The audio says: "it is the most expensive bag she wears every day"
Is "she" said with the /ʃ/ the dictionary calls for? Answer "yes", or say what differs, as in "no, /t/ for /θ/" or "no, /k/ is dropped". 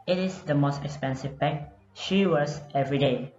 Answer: yes